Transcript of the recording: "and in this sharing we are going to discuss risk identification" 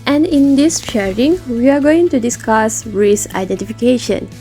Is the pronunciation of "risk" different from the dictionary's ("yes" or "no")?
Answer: yes